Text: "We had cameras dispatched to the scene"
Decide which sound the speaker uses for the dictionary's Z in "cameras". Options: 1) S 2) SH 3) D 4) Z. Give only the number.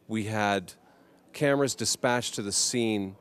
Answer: 4